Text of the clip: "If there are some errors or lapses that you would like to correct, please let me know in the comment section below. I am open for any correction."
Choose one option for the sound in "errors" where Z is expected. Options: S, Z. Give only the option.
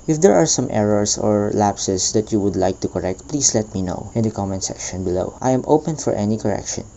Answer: S